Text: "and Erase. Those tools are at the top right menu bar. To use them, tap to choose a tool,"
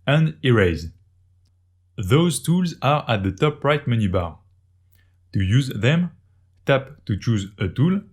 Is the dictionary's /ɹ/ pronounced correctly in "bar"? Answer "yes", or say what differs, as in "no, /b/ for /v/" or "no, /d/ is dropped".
yes